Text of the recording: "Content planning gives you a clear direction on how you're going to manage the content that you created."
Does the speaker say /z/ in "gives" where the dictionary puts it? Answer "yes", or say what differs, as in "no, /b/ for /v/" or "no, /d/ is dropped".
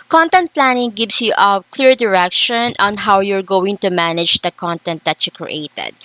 no, /s/ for /z/